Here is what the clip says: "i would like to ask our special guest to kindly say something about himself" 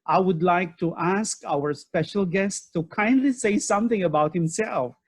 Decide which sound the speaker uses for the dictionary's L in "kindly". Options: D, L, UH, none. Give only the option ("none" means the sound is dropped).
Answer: L